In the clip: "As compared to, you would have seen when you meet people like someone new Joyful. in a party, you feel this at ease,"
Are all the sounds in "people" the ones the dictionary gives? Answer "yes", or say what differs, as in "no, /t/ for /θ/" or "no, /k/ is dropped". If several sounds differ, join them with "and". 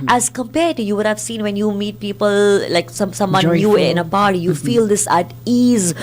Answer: yes